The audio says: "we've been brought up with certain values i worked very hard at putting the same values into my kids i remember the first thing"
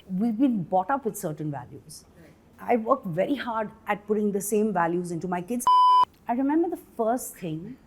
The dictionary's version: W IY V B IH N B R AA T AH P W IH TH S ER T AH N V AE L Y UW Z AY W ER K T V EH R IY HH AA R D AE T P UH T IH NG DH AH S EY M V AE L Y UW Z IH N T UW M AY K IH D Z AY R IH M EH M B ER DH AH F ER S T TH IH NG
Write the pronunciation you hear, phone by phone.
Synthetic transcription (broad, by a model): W IY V B IH N B AA T AH P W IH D S ER T AH N V AE L Y UW Z AY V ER K T V EH R IY HH AA R D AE T P UH T IH NG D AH S EY M V AE L Y UW Z IH N T UW M AY K IH D Z AY R IH M EH M B ER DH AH F ER S T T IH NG